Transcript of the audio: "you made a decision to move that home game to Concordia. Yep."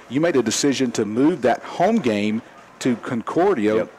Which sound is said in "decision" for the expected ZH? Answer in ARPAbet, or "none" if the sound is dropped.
ZH